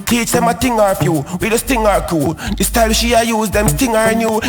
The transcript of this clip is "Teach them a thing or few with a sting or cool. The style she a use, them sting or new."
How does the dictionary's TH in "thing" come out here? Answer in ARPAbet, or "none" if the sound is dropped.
T